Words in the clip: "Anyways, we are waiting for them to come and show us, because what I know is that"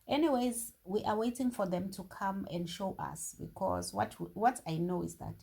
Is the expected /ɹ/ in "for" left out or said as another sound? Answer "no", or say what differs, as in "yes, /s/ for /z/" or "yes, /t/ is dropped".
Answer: no